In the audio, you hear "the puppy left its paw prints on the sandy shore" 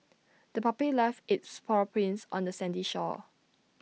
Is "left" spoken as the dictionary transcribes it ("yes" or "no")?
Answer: no